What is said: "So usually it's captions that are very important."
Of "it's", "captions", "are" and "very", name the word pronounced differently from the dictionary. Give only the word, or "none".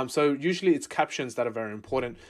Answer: none